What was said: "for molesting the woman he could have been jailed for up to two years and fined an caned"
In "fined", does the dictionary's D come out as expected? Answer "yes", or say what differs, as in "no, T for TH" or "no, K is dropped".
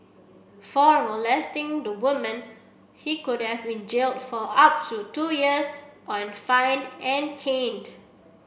no, D is dropped